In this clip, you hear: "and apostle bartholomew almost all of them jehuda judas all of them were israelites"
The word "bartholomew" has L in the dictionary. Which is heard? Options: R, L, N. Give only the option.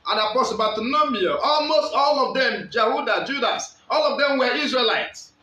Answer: N